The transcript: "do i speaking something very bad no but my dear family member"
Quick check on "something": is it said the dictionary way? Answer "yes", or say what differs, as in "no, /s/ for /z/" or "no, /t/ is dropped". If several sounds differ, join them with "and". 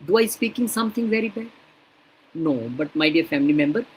no, /t/ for /θ/